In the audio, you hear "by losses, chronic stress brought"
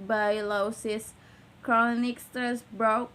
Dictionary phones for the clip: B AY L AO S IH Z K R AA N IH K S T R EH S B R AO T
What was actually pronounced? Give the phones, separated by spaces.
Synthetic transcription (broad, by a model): B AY L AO S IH S K R AA N IH K S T EH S B R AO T